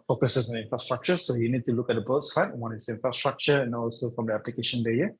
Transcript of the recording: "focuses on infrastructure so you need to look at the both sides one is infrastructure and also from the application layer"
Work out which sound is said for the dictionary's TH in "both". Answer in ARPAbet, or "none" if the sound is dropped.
T